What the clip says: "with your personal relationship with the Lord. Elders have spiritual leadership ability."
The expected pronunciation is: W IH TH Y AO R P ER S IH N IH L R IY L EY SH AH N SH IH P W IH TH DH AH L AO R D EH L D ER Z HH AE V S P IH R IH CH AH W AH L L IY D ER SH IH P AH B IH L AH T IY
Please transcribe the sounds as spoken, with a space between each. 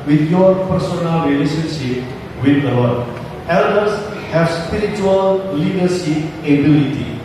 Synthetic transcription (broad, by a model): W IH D Y AO R P ER S IH N IH L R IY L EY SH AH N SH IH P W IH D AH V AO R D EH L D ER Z HH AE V S P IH R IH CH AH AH L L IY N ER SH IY AH B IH L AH T IY